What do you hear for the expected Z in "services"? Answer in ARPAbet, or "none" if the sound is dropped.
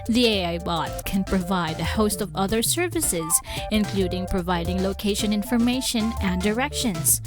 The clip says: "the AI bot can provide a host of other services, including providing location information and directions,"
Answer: Z